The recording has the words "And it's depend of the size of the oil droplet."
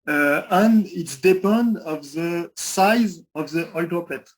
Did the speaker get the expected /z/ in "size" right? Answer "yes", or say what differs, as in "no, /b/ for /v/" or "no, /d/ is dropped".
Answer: yes